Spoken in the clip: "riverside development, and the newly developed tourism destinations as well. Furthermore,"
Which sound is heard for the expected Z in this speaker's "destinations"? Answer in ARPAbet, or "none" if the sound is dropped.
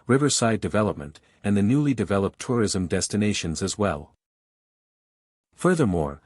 Z